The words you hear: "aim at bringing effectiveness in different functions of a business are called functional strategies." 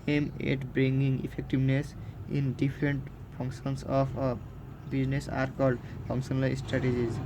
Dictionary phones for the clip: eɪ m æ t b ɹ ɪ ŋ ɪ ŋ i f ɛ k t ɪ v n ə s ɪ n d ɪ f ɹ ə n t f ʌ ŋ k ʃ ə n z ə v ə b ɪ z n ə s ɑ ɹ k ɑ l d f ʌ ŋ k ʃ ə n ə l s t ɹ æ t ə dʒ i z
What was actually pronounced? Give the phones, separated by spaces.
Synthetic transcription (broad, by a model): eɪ m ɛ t b ɹ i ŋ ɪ ŋ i p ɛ k t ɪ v n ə s ɪ n d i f ɹ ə n t p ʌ ŋ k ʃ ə n s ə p b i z n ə s ɑ ɹ k ɑ l d p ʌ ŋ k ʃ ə n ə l s t ɹ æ t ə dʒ i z